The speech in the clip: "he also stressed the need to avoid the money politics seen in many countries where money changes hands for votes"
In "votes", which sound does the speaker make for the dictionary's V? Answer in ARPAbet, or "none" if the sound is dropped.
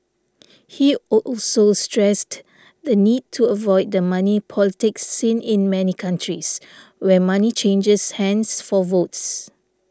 V